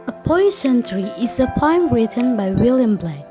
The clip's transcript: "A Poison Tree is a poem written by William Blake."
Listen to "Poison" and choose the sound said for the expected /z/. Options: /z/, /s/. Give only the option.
/s/